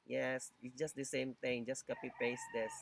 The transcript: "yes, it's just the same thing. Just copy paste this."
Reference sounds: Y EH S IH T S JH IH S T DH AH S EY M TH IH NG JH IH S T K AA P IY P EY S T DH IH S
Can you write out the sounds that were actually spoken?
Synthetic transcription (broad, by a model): Y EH S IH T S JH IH S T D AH S EY M T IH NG JH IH S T K AA P IY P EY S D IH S